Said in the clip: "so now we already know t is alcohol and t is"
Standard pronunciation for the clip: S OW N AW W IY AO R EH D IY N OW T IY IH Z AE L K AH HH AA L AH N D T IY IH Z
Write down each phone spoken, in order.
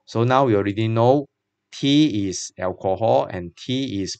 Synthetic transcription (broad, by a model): S OW N AW W IY AO R EH D IY N OW T IY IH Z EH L K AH HH AA L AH N T IY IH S